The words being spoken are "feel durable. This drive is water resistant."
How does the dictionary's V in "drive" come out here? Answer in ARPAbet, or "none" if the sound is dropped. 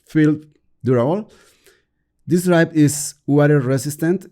P